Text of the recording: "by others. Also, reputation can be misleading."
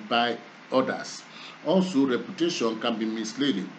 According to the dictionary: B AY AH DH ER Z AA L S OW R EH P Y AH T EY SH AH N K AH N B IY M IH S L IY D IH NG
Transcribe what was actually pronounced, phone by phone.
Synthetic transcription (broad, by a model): B AY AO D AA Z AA N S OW R EH P Y AH T EY SH AH N K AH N B IY M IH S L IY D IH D